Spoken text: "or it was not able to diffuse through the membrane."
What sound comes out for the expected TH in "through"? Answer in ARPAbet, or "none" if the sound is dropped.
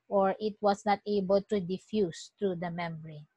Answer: T